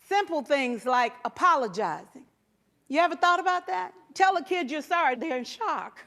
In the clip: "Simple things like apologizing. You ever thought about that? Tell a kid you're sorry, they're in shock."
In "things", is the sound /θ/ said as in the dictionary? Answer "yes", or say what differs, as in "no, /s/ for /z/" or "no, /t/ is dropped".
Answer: yes